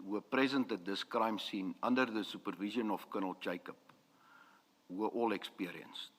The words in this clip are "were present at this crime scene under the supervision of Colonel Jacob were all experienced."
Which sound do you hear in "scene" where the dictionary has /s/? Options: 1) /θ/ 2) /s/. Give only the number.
2